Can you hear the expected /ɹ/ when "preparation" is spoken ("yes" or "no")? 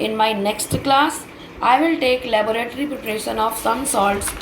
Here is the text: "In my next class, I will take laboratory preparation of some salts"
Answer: no